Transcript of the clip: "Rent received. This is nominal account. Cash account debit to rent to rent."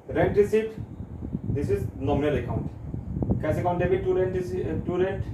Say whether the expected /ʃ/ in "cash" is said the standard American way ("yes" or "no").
no